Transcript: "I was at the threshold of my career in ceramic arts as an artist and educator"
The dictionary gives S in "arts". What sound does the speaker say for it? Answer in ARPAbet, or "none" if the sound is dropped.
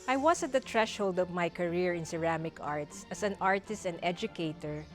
S